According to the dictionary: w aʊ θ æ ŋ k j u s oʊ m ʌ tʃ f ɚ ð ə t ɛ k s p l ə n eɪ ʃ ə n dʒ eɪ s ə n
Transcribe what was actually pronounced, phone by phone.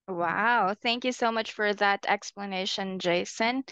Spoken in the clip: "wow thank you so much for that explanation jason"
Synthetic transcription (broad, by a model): w aʊ θ æ ŋ k j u s oʊ m ʌ tʃ f ɚ ð ə t ɛ k s p l ə n eɪ ʃ ə n dʒ eɪ s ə n